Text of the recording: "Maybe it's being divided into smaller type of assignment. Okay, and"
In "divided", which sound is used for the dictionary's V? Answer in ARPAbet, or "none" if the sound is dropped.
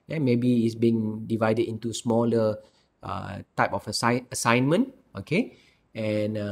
V